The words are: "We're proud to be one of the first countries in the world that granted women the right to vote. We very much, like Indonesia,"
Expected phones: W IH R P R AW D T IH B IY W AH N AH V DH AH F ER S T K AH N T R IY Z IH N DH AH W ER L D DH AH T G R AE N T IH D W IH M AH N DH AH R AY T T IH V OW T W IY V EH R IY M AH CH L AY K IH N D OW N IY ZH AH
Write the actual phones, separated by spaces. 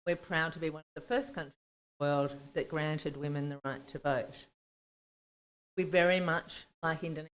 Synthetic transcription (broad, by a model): W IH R P R AW D T IH B IY W AH N AH V DH AH F ER S K AH N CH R IY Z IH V DH AH W ER L D DH AH T G R AE N T IH D W IH M AH N DH AH R AY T T IH V OW T W IY V EH R IY M AH CH L AY K IH N D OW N